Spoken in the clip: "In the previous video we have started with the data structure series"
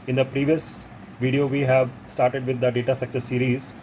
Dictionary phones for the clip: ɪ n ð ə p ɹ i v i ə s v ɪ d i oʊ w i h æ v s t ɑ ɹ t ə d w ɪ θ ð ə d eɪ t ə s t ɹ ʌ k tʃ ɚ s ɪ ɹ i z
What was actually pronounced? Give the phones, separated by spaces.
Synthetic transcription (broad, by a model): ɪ n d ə p ɹ i v i ə s v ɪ d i oʊ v i h æ v s t ɑ ɹ t ə d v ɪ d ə d eɪ t ə s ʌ k s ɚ s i ɹ i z